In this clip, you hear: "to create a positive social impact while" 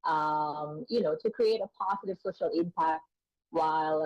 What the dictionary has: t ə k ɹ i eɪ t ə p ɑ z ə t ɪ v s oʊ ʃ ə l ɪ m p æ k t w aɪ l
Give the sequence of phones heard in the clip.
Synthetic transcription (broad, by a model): t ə k ɹ i eɪ t ə p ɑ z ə t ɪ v s oʊ ʃ ə l ɪ m p æ k t w aɪ l